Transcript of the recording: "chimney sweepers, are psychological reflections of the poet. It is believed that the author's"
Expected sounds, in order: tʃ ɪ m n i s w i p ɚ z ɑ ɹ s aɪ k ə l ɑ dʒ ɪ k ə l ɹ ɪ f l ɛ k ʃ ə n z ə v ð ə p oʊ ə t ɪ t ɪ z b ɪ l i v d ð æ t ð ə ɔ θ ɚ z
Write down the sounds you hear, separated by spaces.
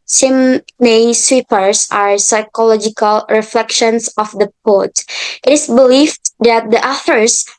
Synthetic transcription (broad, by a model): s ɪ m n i s w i p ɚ s ɑ ɹ s aɪ k ə l ɑ dʒ ɪ k ə l ɹ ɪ f l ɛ k ʃ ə n s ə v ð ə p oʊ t t ɪ t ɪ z b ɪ l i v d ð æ t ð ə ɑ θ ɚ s